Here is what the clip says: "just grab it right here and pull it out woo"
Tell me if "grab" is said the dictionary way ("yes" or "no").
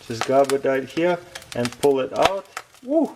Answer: no